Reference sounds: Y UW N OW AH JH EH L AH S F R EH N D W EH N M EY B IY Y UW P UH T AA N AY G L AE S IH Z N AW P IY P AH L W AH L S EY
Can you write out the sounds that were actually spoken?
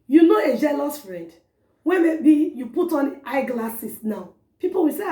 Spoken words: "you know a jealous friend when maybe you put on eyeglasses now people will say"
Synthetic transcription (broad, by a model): Y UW N OW AH JH EH L AH S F R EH D W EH M EY B IY Y UW P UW T AA N AY G L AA S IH S N AW P IY P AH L W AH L S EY